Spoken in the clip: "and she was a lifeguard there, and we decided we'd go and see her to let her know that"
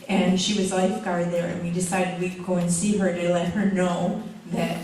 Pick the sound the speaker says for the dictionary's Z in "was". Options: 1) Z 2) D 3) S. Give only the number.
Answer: 1